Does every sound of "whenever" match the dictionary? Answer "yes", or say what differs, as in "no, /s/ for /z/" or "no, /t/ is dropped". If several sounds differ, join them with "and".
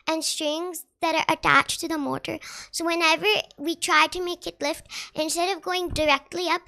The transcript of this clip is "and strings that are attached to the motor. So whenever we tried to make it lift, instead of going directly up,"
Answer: yes